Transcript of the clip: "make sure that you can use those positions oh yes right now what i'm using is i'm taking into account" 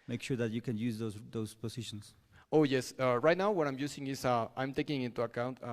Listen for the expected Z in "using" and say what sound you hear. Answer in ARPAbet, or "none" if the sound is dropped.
S